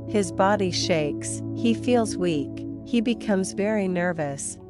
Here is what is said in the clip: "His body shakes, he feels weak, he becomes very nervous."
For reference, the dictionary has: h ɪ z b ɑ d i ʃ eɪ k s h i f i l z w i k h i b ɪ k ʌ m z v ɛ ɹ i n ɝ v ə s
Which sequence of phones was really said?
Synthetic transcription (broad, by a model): h ɪ z b ɑ d i ʃ eɪ k s h i f i l z w i k h i b ɪ k ʌ m z v ɛ ɹ i n ɝ v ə s